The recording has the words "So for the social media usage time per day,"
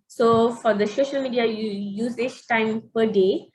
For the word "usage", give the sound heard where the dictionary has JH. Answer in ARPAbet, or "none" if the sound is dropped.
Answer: CH